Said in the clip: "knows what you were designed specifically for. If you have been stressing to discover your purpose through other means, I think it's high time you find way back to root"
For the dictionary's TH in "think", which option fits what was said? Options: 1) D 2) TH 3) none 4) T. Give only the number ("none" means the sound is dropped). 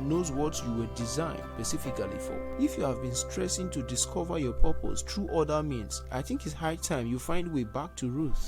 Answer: 2